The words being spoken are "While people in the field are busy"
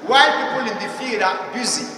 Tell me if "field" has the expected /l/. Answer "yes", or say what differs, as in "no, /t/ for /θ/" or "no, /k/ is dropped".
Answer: no, /l/ is dropped